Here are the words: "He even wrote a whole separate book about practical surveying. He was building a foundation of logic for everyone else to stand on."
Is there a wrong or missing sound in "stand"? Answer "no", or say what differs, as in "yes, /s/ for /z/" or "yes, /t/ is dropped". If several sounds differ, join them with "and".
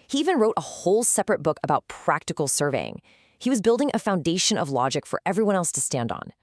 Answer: no